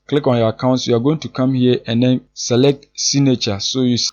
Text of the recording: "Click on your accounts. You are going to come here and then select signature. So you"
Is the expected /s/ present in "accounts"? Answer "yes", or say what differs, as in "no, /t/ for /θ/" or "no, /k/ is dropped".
yes